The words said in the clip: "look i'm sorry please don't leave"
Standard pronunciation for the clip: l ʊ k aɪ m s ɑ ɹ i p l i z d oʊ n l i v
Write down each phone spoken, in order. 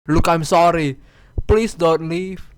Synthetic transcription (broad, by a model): l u k aɪ m s ɑ ɹ i p l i s d oʊ n l i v